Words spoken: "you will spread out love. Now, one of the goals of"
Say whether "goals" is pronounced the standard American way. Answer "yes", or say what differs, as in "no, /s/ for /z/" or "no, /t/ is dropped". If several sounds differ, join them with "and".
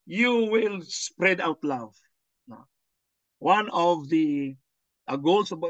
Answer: no, /s/ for /z/